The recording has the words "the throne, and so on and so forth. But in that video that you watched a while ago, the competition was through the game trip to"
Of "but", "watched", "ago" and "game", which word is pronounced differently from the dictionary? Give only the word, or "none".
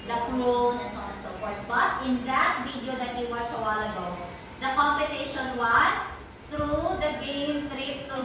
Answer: watched